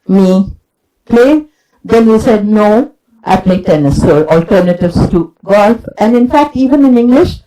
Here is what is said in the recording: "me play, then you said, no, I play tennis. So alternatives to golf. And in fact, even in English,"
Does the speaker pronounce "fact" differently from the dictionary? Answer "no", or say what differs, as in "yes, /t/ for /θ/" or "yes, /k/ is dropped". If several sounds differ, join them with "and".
no